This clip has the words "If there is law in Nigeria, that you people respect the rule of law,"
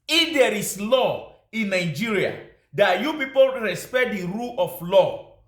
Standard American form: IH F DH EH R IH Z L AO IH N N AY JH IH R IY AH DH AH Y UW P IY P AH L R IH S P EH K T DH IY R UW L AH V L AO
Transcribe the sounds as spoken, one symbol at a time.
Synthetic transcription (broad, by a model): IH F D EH R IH S L AO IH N N AY JH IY R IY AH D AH Y UW P IY P AH L R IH S P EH T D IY R UW L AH F L AO